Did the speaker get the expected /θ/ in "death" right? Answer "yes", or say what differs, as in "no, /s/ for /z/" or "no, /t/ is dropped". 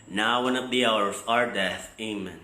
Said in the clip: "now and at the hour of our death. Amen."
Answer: yes